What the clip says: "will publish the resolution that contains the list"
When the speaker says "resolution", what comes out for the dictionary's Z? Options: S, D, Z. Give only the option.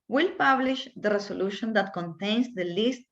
S